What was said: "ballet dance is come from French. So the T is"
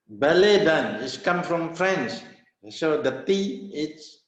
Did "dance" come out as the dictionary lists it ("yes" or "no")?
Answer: no